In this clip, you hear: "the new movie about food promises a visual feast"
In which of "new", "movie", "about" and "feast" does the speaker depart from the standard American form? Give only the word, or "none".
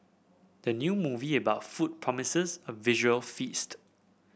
none